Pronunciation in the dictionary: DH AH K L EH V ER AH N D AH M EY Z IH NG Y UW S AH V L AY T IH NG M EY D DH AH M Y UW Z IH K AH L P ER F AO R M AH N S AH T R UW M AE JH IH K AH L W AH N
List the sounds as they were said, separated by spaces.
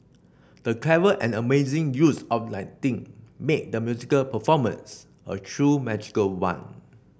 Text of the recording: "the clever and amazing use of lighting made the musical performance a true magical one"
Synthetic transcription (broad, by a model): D AH K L EH V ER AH N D AH M EY Z IH NG Y UW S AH P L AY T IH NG M EY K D AH M Y UW Z IH K AH L P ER F AO M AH N S AH T R UW M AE JH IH K AH L W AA N